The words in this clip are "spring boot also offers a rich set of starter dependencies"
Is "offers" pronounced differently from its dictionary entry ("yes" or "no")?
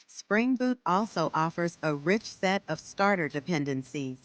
no